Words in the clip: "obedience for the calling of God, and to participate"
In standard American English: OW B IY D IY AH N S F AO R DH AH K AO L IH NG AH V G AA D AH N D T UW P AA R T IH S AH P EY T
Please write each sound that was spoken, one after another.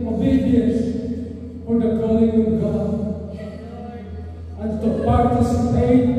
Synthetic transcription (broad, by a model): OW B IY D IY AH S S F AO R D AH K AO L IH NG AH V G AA AH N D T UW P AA R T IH S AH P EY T